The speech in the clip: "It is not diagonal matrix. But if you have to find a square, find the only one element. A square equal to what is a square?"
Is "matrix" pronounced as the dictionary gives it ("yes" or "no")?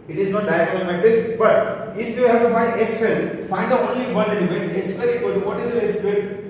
no